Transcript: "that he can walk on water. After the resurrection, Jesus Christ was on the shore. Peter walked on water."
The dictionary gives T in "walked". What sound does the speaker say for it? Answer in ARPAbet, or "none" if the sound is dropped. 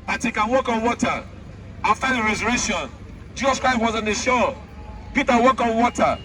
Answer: none